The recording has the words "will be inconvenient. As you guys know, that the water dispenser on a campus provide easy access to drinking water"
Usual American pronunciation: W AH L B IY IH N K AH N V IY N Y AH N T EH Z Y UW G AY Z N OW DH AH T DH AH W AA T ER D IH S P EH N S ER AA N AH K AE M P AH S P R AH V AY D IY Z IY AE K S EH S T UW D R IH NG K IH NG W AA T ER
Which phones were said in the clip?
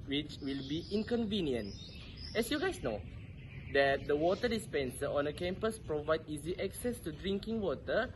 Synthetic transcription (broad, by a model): W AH L B IY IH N K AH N V IY N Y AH N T EH S Y UW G AY S N OW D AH T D AH W AA T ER D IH S P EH N S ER AA N AH K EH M P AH S P R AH V AY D IY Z IY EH K S EH S T UW D R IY NG K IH NG W AA T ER